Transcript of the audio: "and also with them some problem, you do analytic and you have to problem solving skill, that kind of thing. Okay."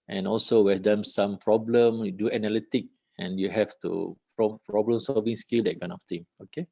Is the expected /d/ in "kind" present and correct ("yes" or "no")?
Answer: no